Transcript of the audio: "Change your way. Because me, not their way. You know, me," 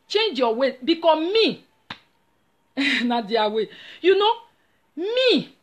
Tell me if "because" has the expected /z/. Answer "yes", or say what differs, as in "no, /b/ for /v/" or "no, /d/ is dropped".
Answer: no, /z/ is dropped